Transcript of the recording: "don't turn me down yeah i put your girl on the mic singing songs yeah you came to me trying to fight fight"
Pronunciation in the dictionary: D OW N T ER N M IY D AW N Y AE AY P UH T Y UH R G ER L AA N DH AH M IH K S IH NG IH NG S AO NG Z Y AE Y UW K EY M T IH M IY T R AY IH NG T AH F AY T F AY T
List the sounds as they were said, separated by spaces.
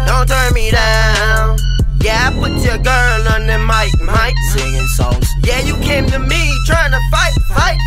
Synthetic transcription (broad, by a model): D OW N T ER N M IY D AW N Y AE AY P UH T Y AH R G ER L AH N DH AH M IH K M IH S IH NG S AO Z Y AE Y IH K EY M T IH M IY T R AY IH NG T AH F AY T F AY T